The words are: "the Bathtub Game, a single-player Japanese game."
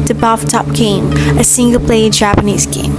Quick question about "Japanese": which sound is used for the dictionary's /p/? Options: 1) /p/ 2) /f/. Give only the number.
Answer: 1